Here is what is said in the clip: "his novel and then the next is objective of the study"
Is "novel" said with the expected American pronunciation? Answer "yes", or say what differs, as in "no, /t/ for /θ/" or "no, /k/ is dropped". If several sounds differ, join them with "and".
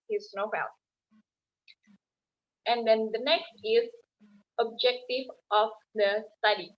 no, /n/ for /l/